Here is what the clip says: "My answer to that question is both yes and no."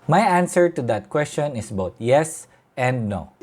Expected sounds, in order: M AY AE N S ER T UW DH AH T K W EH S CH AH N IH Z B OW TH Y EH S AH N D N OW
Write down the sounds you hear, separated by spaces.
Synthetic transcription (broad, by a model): M AY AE N S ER T UW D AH T K W EH S CH AH N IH S B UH T Y EH S AH N D N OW